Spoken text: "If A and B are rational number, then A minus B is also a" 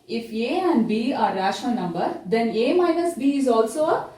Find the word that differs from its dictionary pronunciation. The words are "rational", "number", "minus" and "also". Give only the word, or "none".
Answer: rational